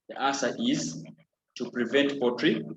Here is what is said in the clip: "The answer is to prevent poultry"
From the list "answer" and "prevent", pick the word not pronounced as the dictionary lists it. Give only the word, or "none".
answer